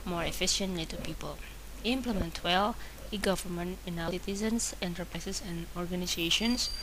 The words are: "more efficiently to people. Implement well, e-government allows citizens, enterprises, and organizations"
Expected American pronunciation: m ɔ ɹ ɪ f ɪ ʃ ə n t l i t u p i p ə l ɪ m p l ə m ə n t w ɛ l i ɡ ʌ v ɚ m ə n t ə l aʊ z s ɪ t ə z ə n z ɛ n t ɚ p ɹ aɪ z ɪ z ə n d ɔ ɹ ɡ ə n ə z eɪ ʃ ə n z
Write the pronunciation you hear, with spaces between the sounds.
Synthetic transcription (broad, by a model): m ɔ ɹ ɪ f ɪ ʃ ə n t l i t u p i p ə l ɪ m p l ə m ə n t w ɛ l i ɡ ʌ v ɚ m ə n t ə n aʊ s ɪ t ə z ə n s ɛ n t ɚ p ɹ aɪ s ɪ s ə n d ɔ ɹ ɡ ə n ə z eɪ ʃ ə n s